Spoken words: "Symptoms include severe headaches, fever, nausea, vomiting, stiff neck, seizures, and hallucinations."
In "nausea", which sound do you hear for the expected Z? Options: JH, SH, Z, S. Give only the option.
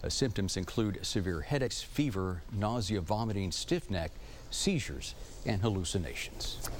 Z